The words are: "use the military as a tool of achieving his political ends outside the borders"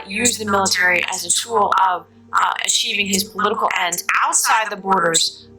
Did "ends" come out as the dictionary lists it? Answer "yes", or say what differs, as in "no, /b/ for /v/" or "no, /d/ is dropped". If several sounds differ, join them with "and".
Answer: no, /z/ is dropped